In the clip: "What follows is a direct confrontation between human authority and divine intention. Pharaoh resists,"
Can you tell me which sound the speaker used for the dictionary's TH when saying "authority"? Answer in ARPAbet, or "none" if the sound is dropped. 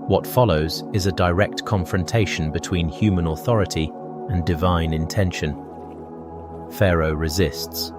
TH